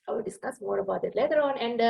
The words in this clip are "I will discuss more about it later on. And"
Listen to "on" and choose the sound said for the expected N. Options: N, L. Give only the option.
N